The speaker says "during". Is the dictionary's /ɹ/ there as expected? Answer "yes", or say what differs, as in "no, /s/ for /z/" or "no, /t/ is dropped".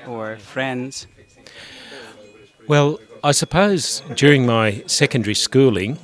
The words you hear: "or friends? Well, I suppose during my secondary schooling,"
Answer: yes